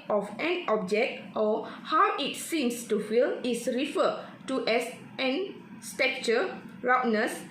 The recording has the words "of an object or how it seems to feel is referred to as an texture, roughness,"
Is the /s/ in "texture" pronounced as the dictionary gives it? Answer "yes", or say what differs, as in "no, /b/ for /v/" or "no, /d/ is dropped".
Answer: no, /s/ is dropped